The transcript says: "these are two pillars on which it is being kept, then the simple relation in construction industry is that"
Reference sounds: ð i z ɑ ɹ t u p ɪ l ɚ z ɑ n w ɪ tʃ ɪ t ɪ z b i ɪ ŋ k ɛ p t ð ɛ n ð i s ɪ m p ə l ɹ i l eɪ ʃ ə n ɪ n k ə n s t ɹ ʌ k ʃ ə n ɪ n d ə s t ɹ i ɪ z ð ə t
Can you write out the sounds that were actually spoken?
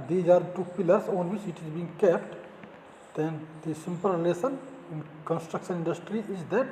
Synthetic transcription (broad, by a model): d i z ɑ ɹ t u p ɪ l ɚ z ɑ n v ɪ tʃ ɪ t ɪ z b i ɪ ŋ k ɛ p t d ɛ n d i s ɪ m p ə l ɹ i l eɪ s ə n ɪ n k ə n s t ɹ ʌ k ʃ ə n ɪ n d ə s t ɹ i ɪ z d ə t